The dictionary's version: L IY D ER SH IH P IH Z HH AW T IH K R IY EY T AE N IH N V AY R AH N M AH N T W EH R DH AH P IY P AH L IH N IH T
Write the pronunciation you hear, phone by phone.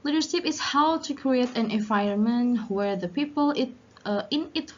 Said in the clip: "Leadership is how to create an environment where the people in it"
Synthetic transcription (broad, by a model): L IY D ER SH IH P IH Z HH AW T IH K R IY EY T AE N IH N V AY AH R M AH N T W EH R DH AH P IY P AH L IH N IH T